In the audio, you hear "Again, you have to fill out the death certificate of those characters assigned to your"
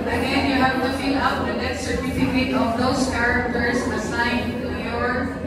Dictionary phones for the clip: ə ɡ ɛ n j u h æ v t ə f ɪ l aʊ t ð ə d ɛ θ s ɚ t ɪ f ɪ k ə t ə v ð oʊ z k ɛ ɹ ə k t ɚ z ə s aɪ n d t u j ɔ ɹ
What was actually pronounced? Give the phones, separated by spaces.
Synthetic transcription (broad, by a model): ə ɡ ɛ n j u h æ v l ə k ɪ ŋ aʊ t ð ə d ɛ t s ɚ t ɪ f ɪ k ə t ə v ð oʊ s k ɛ ɹ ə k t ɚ s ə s aɪ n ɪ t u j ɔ ɹ